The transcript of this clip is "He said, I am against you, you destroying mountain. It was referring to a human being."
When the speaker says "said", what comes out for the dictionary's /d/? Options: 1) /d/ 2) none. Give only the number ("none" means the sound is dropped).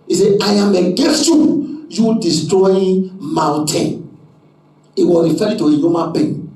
2